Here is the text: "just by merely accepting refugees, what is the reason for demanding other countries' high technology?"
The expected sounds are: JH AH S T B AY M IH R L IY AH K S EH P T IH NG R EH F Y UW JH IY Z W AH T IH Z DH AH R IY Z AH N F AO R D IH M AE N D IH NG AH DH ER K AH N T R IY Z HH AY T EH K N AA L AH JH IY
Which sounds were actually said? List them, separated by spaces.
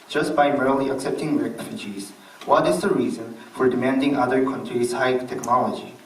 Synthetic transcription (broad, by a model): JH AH S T B AY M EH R L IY AH K S EH P T IH NG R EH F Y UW JH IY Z W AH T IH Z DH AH R IY Z AH N F AO R D IH M AE N D IH NG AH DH ER K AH N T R IY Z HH AY T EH K N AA L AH JH IY